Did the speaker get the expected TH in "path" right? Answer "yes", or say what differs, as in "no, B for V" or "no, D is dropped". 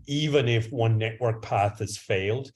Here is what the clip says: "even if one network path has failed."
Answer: yes